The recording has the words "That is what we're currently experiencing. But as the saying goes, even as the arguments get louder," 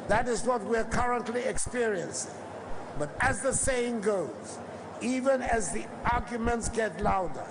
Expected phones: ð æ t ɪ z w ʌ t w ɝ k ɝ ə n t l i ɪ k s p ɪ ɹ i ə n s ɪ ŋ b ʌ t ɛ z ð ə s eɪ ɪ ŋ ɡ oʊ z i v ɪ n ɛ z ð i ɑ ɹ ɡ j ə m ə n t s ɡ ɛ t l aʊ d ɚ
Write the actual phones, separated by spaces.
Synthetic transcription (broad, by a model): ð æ t ɪ z w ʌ t w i k ɝ ə n t l i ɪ k s p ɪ ɹ i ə n s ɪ ŋ b ʌ t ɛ z ð ə s eɪ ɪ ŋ ɡ oʊ z i v ɪ n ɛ z ð i ɑ ɹ ɡ j ə m ə n t s ɡ ɛ t l aʊ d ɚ